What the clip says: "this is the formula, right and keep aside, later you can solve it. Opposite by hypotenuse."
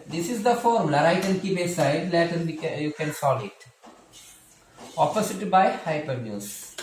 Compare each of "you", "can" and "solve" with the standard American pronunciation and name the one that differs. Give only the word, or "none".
solve